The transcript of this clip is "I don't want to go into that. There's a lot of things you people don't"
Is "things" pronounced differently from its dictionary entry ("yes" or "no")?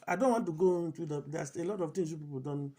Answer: yes